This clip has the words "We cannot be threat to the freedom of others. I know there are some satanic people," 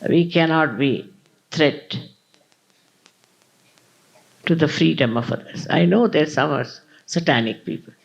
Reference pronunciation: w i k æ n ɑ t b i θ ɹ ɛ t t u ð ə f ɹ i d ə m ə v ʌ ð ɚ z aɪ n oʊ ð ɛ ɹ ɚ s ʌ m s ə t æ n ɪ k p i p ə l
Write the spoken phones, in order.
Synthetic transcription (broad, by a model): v i k æ n ɑ t b i t ɹ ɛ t t u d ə f ɹ i d ə m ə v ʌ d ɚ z aɪ n oʊ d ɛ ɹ s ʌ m s ə t æ n ɪ k p i p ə l